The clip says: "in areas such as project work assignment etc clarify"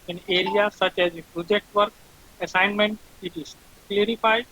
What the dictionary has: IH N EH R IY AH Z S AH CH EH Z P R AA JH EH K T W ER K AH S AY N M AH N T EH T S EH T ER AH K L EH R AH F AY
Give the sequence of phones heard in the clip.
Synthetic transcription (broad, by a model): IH N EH R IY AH S AH CH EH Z P R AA JH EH K T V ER K AH S AY N M AH N T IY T IY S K L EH R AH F AY